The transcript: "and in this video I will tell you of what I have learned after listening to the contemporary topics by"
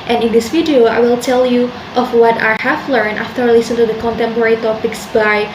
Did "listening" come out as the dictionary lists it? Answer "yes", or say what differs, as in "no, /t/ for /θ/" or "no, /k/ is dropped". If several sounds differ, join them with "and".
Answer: no, /n/ is dropped